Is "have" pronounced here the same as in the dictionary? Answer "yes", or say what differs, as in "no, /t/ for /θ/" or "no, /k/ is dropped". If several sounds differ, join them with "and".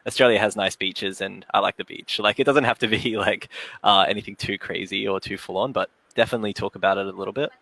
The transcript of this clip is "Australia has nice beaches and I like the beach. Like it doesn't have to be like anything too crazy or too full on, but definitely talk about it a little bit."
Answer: no, /f/ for /v/